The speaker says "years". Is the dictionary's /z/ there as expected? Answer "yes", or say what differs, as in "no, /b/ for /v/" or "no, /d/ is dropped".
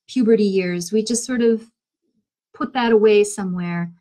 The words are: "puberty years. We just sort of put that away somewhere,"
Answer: yes